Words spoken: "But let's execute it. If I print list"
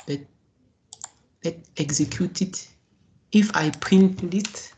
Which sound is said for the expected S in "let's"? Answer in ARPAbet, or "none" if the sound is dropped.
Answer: none